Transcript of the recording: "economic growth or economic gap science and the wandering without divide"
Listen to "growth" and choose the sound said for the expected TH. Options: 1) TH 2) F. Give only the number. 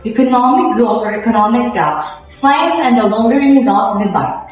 2